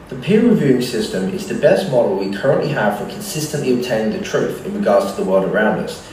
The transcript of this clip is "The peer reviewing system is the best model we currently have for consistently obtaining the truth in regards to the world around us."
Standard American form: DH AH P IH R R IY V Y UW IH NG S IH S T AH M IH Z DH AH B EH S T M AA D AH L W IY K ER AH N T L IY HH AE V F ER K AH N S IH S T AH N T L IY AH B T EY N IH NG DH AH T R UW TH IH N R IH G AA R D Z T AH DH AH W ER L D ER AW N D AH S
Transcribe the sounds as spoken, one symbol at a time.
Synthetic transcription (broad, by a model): DH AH P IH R R IY V Y UW IH NG S IH S T AH M IH Z DH AH B EH S T M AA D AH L W IY K ER AH N T L IY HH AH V F ER K AH N S IH S T AH N T L IY AH B T EY N IH NG DH AH T R UW TH IH N R IH G AA R D Z T AH DH AH W ER L D ER AW N D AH S